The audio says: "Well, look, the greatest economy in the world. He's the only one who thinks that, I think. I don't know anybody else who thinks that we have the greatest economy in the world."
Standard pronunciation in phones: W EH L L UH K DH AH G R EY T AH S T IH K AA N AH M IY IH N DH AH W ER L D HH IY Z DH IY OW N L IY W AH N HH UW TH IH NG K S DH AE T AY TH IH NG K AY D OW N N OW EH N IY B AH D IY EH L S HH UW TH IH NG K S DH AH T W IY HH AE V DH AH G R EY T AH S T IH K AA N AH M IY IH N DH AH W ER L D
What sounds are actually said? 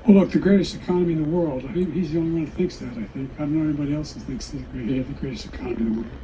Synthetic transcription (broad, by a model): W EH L L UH K DH AH G R EY T AH S T IH K AA N AH M IY IH N DH AH W ER L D HH IY Z DH IY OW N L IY W AH N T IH TH IH NG K S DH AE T AY TH IH NG K AY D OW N N OW EH N IY B AH D IY EH L S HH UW TH IH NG K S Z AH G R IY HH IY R DH AH G R EY T AH S T IH K AA N AH M IY IH N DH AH W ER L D